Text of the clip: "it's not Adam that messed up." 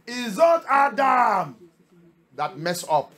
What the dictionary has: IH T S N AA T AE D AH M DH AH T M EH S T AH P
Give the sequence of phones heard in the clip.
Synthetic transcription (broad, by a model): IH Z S N AA T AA D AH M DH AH T M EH S AO P